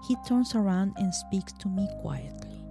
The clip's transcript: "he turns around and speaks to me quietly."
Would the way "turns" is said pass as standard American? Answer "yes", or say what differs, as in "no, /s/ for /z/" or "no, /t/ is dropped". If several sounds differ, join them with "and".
no, /s/ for /z/